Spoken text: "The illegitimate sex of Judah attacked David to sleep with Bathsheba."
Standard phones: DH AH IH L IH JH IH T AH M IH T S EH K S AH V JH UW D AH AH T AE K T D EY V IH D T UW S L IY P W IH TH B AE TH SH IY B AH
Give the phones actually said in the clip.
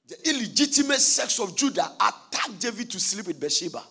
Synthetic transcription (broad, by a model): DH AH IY L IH JH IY T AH M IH T S EH K S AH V JH UW D AH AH T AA K D EY V IH D T UW S L IY P W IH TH B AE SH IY B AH